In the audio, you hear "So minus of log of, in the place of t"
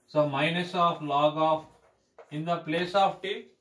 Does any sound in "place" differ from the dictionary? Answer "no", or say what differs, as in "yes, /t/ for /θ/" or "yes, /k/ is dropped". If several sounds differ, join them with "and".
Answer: no